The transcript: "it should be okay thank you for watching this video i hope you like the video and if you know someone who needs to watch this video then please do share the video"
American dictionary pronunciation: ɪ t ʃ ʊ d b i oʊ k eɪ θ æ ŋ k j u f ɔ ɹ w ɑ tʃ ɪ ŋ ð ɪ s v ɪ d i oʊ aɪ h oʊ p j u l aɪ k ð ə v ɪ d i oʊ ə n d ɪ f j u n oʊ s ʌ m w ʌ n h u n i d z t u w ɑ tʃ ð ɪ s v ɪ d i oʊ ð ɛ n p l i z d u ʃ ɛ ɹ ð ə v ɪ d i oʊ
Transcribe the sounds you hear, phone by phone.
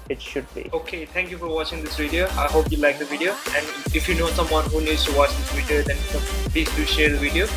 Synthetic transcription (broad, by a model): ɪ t ʃ ʊ d b i oʊ k eɪ t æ ŋ k j u f ɔ ɹ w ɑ tʃ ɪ ŋ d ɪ s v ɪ d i oʊ aɪ h oʊ p j u l aɪ k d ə v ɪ d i oʊ ə n d ɪ f j u n oʊ s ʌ m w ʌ n h u n i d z t u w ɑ tʃ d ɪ s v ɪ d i oʊ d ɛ n p l i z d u ʃ ɛ ɹ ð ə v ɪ d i oʊ